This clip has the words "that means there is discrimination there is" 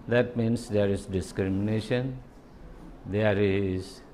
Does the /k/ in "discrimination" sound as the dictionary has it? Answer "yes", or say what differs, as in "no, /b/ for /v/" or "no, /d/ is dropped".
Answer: yes